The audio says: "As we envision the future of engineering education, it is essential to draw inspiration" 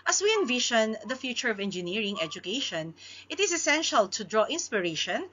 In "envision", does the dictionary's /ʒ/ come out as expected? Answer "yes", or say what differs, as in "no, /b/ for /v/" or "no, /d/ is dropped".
no, /ʃ/ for /ʒ/